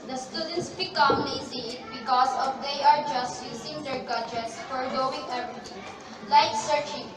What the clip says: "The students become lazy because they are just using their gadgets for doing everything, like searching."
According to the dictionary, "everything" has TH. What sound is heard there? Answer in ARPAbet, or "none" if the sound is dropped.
T